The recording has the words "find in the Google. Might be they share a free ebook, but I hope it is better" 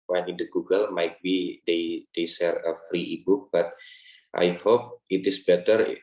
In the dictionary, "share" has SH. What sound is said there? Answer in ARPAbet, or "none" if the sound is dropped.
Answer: S